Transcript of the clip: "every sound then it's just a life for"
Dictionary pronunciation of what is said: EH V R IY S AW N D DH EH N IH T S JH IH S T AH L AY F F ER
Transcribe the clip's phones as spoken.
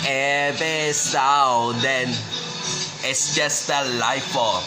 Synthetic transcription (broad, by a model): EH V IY S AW D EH N IH T S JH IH S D AH L AY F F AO